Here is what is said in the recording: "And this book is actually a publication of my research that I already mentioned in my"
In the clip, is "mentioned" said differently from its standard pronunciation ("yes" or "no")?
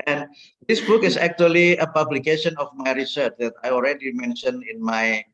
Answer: yes